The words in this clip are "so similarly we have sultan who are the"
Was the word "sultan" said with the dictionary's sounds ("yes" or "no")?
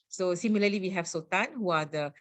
no